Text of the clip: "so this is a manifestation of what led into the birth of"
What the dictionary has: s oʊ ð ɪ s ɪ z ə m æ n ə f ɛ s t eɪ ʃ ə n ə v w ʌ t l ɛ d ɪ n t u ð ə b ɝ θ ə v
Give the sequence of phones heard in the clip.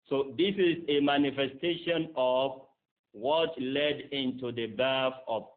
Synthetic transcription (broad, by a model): s oʊ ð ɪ s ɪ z ə m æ n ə f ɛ s t eɪ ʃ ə n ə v w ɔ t l ɛ d ɪ n t u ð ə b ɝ f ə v